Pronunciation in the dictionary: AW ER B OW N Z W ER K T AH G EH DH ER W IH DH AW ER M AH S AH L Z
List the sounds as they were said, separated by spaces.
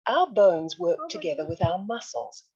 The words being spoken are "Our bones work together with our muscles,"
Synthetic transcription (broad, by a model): AW ER B OW N Z W ER K T AH G EH DH ER W IH DH AW ER M AH S L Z